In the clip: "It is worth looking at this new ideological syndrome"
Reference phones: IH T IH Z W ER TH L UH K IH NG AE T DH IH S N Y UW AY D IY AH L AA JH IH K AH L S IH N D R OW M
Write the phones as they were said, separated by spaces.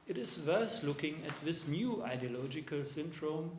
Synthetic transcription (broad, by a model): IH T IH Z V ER T L UH K IH NG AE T DH IH S N Y UW AY D IY AH L AA JH IH K AH L S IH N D R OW M